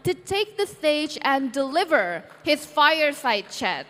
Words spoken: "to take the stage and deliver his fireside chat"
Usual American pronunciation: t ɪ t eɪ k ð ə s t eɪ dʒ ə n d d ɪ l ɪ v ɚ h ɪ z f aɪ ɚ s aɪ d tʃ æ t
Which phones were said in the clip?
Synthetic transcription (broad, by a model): t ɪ t eɪ k ð ə s t eɪ dʒ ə n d d ɪ l ɪ v ɚ h ɪ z f aɪ ɚ s aɪ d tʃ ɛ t